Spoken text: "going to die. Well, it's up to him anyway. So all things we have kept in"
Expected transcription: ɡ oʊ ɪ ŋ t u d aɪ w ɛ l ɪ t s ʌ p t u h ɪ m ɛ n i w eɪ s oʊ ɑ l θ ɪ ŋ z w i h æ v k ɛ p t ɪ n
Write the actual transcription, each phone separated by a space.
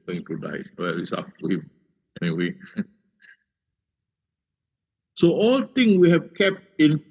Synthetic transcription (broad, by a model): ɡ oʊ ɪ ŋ t u d aɪ w ɛ l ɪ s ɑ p t u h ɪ m ɛ n i w eɪ s oʊ ɑ l t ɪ ŋ w i h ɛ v k ɛ p t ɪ n